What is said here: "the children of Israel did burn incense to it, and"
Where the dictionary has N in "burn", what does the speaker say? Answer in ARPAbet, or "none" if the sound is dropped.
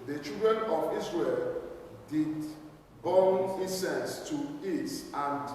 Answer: L